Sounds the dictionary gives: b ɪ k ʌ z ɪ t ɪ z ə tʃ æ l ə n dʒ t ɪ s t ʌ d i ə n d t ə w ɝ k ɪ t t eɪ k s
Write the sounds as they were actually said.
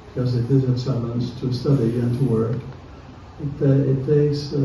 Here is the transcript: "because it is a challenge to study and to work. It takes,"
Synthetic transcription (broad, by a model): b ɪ k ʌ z ɪ t ɪ z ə s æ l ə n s t ɪ s t ʌ d i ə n t ə w ɝ k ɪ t t eɪ k s